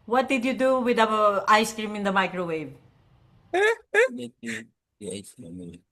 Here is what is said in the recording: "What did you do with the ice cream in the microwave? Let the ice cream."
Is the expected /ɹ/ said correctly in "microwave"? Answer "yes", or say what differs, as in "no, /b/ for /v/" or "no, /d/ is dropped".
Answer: yes